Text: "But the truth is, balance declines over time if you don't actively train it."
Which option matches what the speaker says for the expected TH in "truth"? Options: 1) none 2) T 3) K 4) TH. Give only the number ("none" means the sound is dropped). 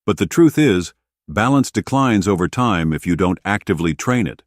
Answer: 4